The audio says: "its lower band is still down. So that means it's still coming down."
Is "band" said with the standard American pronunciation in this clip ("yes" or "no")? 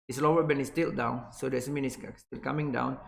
no